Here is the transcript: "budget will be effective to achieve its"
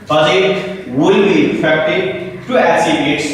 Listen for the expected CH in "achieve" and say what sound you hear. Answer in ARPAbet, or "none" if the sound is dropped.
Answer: S